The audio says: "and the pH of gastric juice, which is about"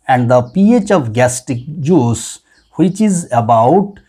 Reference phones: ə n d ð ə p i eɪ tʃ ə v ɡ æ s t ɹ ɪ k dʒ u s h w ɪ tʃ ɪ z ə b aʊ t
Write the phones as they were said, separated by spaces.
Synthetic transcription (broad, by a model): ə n d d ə p i eɪ tʃ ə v ɡ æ s t ɪ k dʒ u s h w ɪ tʃ ɪ z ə b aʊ t